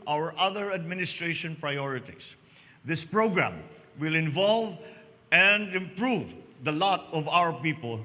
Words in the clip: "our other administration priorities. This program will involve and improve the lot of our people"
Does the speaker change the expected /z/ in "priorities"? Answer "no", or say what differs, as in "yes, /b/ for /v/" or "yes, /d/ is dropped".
yes, /s/ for /z/